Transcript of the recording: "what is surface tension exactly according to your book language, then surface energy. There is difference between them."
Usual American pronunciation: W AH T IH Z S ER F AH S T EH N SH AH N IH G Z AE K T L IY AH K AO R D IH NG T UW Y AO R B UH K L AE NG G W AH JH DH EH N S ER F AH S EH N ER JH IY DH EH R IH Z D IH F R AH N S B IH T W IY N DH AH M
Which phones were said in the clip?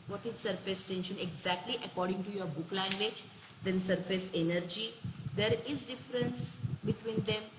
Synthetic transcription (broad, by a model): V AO T IH Z S ER F AH S T EH N SH AH N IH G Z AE K T L IY AH K AO R D IH NG T UW Y AO R B UH K L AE NG G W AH JH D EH N S ER F AH S EH N ER JH IY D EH R IH Z D IH F R AH N S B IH T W IY N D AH M